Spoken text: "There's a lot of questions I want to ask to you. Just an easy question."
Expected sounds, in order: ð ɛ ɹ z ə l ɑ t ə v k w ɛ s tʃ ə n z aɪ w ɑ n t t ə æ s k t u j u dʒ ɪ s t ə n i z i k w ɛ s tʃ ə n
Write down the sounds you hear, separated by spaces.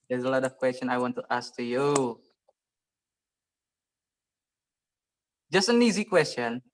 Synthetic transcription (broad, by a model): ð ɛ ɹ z ə l ɑ t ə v k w ɛ s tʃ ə n aɪ w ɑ n t t ə s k t u j u dʒ ɪ s t ə n i z i k w ɛ s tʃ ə n